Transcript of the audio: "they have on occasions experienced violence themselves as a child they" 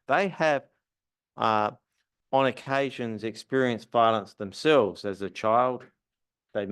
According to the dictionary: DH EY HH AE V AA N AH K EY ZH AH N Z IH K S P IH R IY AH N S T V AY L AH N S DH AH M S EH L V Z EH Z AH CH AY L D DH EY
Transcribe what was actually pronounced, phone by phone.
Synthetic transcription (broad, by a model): DH EY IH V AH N AH K EY ZH AH N Z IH K S P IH R IY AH N S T V AY L AH N S DH AH M S EH L V Z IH Z AH CH AY L D DH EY